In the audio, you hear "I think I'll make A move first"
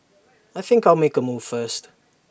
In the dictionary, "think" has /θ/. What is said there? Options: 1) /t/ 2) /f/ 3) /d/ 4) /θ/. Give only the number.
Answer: 4